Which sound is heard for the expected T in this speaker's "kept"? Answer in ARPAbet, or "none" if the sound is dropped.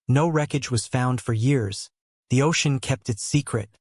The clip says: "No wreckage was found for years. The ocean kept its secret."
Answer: T